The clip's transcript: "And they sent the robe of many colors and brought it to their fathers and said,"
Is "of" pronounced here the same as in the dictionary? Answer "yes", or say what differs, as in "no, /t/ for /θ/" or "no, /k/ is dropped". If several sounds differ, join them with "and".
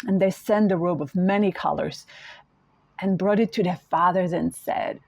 yes